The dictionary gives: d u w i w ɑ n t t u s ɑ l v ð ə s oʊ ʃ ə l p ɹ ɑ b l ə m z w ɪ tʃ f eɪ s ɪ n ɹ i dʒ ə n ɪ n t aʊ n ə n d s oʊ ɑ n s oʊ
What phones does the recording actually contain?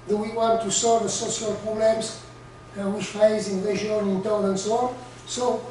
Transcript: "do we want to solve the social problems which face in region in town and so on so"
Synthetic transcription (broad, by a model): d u w i w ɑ n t t u s ɑ l v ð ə s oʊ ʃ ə l p ɹ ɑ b l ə m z w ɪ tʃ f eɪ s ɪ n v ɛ ʒ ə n ɪ n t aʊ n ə n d s oʊ ɑ n s oʊ